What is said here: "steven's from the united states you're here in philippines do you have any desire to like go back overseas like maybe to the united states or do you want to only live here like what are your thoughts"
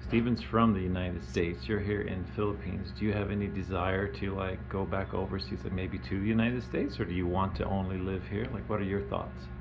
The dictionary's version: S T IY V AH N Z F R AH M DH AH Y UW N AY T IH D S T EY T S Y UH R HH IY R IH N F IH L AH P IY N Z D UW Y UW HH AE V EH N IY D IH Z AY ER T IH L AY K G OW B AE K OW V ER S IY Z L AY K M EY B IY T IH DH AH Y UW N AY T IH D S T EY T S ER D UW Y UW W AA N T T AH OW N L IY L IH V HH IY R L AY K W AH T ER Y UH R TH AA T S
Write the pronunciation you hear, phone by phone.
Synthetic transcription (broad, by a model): S T IY V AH N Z F R AH M DH AH Y UW N AY T IH D S T EY T S Y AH R HH IY R IH N F IH L AH P IY N Z D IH Y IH V EH N IY D IH Z AY ER T IH L AY K G OW B AE K OW V ER S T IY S M EY B IY T IH DH AH Y UW N AY T IH D S T EY T S ER D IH Y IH W AA N T T AH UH N L IY L IH V HH IY R L AY K W AH T ER Y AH R TH AA T S